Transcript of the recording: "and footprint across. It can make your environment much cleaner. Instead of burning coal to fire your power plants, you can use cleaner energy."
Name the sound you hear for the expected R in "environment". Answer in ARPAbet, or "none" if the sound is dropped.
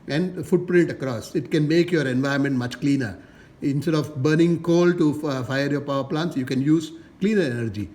none